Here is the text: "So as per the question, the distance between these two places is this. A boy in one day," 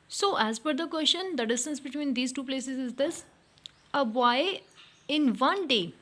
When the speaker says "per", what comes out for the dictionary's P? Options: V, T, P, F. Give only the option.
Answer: F